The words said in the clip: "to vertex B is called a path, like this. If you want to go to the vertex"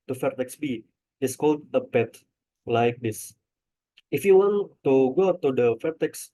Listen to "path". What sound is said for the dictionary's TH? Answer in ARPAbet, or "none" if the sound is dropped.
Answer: T